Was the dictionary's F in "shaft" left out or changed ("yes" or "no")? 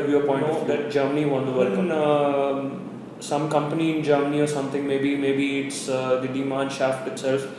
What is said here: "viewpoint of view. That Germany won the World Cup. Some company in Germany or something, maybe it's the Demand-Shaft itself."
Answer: no